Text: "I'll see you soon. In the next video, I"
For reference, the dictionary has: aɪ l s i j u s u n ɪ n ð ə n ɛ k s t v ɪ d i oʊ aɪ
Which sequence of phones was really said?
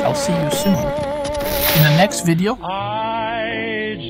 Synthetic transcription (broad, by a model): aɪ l s i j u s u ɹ ɪ n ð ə n ɛ k s t v ɪ d i oʊ